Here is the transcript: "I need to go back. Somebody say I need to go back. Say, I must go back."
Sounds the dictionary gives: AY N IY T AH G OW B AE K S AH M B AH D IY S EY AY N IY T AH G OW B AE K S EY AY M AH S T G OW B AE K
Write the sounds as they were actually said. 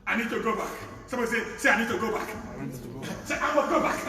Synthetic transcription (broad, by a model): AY N IY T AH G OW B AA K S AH B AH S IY S EY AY N IY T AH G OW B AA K S EY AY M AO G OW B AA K